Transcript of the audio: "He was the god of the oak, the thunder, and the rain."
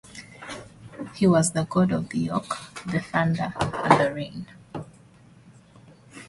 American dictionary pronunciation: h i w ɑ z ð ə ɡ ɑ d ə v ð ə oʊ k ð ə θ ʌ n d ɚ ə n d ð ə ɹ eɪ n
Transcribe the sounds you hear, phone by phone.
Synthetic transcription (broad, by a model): h i w ɑ z ð ə ɡ ɑ d ə v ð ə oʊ k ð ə f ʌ n d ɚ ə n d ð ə ɹ eɪ n